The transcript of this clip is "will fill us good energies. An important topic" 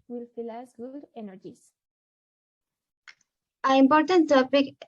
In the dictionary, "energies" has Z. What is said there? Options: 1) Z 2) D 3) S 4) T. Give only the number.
3